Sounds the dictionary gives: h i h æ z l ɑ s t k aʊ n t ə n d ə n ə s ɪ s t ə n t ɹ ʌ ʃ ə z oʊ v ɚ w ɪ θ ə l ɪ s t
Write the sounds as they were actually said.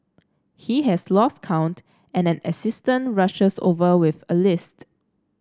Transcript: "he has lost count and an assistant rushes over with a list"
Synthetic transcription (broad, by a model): h i h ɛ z l ɑ s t k aʊ n t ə n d ə n ə s ɪ s t ə n t ɹ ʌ ʃ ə s oʊ v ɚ w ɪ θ ə l ɪ s t